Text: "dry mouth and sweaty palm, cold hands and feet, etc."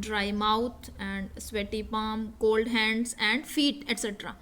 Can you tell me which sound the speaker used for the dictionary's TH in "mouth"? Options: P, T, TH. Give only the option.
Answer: T